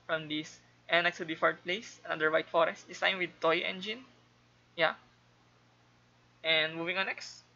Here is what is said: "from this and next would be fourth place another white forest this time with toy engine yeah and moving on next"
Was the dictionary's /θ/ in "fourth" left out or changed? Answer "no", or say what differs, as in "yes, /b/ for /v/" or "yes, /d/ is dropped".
yes, /t/ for /θ/